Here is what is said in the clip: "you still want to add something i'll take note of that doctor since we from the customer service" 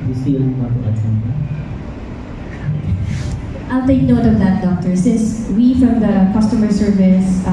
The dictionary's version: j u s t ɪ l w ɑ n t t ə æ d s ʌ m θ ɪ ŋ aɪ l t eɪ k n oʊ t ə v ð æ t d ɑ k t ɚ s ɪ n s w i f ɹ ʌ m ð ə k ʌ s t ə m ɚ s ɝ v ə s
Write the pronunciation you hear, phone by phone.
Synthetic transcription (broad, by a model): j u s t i n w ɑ t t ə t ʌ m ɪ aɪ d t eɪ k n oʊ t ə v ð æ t d ɑ k t ɚ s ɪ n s w i f ɹ ʌ m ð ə k ʌ s t ə m ɚ s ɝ v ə s